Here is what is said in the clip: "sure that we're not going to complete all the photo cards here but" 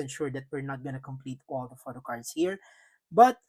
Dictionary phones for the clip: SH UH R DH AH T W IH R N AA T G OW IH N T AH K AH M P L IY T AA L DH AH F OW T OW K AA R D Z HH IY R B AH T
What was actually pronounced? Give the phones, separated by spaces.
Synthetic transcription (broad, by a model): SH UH R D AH T W IH R N AA T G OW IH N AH K AH M P L IY T AA L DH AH F OW T OW K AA R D S HH IY R B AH T